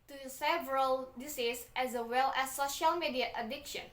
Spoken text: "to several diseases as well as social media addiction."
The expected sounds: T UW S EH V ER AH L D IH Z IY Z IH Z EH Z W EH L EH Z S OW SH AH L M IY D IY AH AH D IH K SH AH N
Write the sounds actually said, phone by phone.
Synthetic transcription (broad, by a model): T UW S EH V ER AH L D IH S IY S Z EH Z W EH L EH S OW SH AH L M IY D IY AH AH D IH K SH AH N